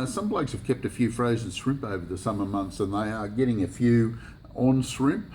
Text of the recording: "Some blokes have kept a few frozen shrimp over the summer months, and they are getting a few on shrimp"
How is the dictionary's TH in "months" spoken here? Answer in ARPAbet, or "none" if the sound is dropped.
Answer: TH